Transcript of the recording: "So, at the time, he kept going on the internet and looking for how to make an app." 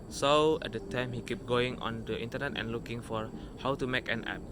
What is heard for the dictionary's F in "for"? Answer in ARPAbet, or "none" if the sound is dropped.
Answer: F